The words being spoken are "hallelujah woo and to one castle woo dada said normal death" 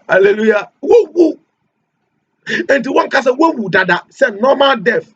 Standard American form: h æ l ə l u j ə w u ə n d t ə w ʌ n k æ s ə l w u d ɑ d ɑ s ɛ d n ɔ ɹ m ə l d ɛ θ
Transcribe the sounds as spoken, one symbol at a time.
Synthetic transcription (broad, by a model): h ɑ l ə l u j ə w u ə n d t ə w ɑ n k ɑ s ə w w u d ɑ d ɑ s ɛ n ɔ m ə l d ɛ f